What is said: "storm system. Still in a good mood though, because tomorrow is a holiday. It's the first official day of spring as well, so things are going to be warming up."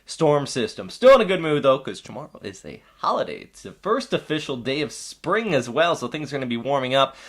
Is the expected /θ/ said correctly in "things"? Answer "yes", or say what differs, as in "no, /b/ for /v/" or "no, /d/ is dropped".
yes